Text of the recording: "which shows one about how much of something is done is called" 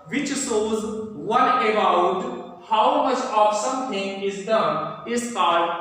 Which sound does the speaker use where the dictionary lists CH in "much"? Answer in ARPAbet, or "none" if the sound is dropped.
CH